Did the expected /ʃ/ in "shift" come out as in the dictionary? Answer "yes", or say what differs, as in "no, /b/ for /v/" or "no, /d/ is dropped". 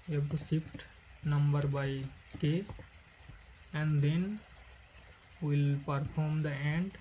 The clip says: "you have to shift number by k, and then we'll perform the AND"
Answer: no, /s/ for /ʃ/